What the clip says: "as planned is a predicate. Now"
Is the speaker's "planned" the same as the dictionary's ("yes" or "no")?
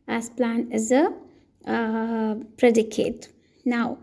no